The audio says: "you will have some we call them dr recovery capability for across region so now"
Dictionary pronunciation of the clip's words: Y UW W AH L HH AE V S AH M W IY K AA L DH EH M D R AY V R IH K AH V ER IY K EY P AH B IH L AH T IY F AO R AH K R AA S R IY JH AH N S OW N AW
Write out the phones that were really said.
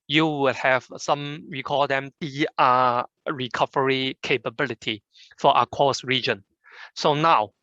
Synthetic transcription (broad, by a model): Y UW W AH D HH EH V S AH M W IY K AA L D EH M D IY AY R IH K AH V ER IY K EY P AH B IH L AH T IY F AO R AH K AA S R IY JH AH N S OW N AW